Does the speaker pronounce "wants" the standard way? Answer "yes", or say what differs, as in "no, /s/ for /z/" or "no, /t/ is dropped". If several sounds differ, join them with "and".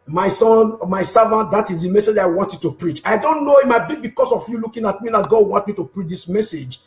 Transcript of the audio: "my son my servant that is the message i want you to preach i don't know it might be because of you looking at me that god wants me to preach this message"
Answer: no, /s/ is dropped